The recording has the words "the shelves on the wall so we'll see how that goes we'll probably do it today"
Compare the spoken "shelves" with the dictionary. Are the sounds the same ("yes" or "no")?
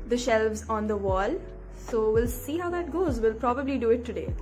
yes